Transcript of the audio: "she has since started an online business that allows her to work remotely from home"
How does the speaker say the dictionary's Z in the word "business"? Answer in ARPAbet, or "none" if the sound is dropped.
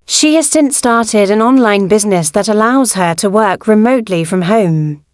Z